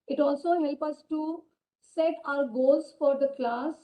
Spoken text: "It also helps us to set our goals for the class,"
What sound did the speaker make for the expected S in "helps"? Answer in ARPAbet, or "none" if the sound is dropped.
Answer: none